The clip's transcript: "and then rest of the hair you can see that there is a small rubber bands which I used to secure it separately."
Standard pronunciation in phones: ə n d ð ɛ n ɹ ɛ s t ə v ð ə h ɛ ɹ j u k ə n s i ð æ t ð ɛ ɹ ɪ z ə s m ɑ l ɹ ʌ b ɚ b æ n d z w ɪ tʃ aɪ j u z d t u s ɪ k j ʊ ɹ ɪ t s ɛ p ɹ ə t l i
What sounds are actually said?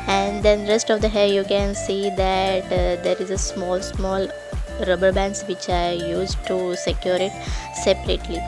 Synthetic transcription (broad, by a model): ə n d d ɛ n ɹ ɛ s t ə v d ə h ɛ l j u k ə n s i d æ t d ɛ ɹ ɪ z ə s m ɑ l ɹ ʌ b ɚ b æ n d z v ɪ tʃ aɪ j u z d t u s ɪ k j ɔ ɹ ɪ t s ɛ p ɹ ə t l i